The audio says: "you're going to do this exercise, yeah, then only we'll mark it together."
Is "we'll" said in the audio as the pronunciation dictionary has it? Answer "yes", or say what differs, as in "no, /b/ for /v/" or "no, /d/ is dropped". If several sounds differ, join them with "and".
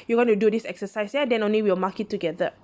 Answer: no, /w/ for /l/